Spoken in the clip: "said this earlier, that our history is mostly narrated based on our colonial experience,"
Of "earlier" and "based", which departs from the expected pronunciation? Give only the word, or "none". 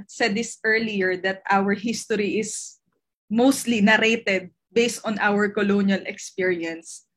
none